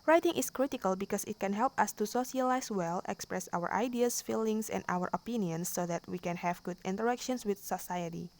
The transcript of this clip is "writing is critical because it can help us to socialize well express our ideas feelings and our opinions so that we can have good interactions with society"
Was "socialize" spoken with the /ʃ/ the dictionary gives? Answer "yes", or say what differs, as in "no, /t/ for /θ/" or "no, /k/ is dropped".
no, /s/ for /ʃ/